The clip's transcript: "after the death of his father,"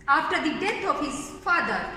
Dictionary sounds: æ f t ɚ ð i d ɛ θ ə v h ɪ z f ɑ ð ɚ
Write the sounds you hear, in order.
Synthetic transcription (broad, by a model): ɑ f t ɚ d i d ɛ t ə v h ɪ z f ɑ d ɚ